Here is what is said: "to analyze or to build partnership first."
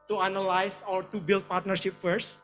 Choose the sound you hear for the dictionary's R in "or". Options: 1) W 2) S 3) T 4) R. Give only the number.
1